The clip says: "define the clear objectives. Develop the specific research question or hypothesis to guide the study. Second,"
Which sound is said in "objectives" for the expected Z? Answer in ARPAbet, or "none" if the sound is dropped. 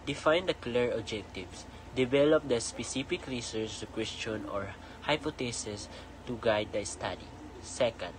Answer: S